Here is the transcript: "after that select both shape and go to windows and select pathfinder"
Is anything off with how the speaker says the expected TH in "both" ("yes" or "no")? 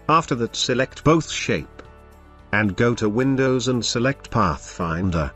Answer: no